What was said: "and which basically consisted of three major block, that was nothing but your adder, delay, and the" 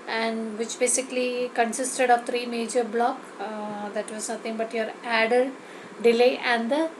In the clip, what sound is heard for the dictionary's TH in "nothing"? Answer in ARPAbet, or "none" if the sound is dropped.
T